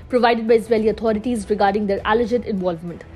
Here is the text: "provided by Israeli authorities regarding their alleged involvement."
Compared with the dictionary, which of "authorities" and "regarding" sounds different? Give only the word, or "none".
authorities